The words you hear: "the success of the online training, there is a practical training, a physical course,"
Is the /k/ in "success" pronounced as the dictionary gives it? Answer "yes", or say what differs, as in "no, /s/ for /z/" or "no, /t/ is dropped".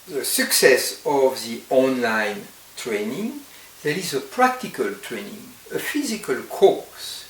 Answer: yes